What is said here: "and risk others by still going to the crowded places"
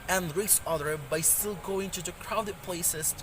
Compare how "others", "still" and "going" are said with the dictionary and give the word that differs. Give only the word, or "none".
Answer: others